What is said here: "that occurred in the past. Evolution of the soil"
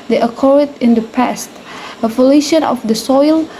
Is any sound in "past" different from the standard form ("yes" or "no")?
no